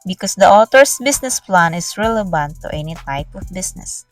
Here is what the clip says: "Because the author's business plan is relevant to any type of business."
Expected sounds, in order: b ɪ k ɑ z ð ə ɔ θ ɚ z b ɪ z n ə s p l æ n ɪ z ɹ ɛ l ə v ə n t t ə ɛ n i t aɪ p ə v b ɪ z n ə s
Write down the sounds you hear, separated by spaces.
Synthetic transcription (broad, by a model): b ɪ k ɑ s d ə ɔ t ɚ s b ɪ s n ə s p l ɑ n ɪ s ɹ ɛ l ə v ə n t t ɛ n i t aɪ p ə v b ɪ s n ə s